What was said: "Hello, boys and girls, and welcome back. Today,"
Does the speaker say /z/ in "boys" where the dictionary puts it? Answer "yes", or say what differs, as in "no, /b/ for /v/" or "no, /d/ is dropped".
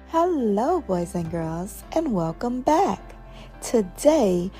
yes